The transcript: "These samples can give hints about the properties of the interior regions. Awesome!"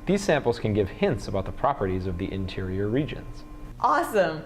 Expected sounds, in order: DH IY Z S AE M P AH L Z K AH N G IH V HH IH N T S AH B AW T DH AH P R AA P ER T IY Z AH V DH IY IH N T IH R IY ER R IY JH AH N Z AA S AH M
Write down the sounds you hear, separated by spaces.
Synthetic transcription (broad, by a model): DH IY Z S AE M P L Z K AH N G IH V HH IH N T S AH B AW T DH AH P R AA P ER T IY Z AH V DH IY IH N T IH R IY ER R IY JH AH N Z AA S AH M